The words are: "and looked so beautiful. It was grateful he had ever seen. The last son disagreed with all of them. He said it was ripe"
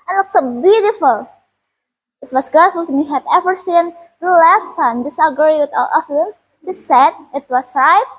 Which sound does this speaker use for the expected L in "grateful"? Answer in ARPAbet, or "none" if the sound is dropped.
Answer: N